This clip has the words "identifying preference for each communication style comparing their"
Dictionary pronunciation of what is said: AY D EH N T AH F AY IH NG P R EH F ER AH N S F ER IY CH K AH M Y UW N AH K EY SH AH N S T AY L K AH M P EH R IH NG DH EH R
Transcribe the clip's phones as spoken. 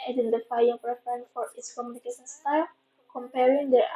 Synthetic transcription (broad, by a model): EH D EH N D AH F AY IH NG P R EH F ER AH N F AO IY S K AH M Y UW N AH K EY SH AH N S T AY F K AH M P EH R IH NG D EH